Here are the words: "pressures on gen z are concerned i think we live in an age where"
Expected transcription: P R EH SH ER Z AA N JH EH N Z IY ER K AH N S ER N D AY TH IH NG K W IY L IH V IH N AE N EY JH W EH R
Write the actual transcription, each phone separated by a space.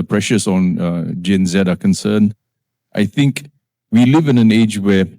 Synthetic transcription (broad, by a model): P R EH SH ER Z AA N JH EH N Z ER K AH N S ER N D AY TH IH NG K W IY L IH V IH N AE N EY JH W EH